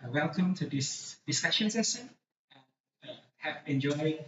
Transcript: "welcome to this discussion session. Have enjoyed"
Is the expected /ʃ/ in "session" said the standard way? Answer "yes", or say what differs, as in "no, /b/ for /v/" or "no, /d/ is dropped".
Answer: no, /s/ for /ʃ/